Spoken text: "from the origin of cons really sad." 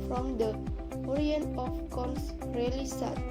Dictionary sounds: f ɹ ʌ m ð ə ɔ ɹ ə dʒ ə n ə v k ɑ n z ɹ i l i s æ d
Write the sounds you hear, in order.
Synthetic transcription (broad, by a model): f ɹ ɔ m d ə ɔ ɹ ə ə n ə f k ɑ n s ɹ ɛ l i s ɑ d